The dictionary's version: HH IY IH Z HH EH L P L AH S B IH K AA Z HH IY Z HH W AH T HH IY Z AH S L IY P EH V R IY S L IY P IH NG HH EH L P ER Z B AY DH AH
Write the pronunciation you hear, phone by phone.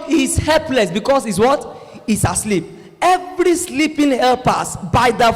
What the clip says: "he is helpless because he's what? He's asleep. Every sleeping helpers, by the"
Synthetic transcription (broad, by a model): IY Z HH EH L P L AH S B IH K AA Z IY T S W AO T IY S AH S L IY P EH V R IY S L IY P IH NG HH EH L P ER S B AY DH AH